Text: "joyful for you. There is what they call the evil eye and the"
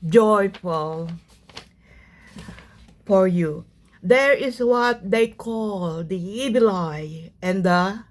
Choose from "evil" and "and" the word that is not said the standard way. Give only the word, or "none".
evil